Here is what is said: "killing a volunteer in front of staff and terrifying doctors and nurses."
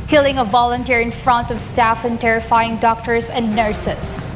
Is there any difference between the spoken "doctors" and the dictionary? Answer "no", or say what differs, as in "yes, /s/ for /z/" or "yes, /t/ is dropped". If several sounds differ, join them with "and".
yes, /s/ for /z/